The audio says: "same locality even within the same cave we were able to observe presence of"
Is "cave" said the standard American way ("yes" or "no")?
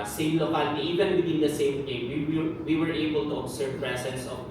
no